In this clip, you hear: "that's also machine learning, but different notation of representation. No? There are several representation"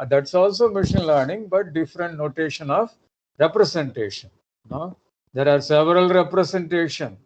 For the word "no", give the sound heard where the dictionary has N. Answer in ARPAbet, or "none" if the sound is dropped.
N